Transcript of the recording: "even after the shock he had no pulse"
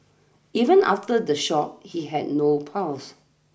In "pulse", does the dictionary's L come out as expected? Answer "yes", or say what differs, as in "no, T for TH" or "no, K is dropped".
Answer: no, W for L